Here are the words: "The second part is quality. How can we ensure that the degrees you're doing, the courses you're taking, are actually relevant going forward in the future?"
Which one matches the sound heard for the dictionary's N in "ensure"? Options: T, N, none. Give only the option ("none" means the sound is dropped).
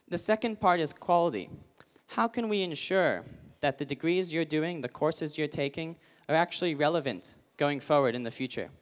N